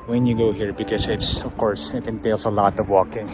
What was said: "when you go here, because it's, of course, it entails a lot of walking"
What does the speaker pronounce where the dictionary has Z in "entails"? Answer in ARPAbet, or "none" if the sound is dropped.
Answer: S